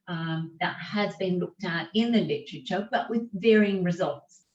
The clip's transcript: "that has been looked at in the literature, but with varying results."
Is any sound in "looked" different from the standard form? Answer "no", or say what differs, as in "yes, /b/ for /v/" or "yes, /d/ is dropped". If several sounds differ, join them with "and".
no